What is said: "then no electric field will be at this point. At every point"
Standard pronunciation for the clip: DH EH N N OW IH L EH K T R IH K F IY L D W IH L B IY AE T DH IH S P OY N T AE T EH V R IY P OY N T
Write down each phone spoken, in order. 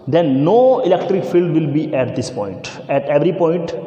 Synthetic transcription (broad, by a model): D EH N N OW IH L EH K T R IH K F IY L D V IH L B IY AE T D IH S P OY N T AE T EH V R IY P OY N T